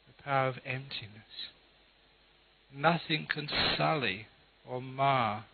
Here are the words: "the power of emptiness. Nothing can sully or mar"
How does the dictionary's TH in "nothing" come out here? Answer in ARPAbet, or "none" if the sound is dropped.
TH